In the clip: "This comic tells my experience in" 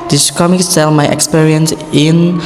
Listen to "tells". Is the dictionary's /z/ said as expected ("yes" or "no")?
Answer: no